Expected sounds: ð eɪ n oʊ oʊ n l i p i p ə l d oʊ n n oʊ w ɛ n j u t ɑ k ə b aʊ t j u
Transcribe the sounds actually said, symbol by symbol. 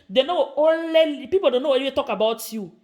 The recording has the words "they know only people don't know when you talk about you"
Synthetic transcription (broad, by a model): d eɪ n oʊ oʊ l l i p i p ə l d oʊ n n oʊ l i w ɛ t ɑ k ə b aʊ t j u